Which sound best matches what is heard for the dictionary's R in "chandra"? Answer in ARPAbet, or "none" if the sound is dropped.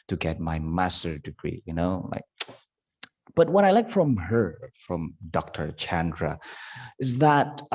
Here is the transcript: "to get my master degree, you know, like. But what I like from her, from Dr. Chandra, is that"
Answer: R